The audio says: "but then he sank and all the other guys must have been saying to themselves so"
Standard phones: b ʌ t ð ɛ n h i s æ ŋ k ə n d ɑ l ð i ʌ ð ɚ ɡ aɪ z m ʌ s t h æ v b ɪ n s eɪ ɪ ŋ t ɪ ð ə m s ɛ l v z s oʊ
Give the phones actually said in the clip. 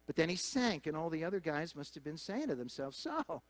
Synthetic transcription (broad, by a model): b ʌ t ð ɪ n i s æ ŋ k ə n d ɑ l ð i ʌ ð ɚ ɡ aɪ z m ʌ s t h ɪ v b ɪ n s eɪ ɪ ŋ t ɪ ð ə m s ɛ l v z s oʊ